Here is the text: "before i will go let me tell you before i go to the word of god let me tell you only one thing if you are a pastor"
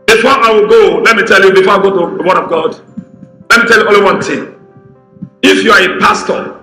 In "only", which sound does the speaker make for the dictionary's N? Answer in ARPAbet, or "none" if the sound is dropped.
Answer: none